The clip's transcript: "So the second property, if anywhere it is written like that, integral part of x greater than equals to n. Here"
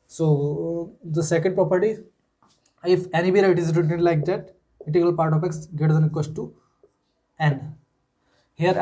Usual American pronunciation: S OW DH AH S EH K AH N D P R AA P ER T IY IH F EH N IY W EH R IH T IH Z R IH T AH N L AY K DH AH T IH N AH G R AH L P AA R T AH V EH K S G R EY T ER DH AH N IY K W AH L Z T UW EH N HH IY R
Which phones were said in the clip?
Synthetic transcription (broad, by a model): S OW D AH S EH K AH N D P R AA P ER T IY IH F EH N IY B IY R IH T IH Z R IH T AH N L AY K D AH T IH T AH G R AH L P AA R T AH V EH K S G EY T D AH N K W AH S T T UW EH N HH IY R